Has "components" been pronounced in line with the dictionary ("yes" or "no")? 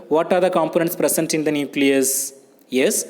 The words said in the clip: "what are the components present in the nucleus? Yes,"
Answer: yes